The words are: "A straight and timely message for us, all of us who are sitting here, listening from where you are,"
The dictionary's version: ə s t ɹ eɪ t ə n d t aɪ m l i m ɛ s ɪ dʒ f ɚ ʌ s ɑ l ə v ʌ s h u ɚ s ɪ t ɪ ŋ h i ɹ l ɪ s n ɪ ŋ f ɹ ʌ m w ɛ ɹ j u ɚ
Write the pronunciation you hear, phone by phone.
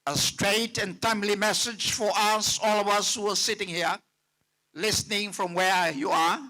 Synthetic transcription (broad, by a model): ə s t ɹ eɪ t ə n t aɪ m l i m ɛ s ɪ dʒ f ɚ ʌ s ɑ l ə v ʌ s h u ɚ s ɪ t ɪ ŋ h i ɹ l ɪ s n ɪ ŋ f ɹ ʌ m w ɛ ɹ j u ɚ